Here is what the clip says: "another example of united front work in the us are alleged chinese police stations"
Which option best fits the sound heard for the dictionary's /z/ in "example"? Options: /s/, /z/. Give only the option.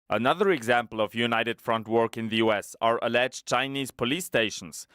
/z/